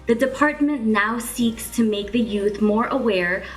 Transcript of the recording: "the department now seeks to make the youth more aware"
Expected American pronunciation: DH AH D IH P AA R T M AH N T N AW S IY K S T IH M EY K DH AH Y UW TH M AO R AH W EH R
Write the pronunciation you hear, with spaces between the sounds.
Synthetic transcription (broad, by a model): DH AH D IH P AA R T M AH N N AW S IY K S T IH M EY K DH AH Y UW TH M AO R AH W EH R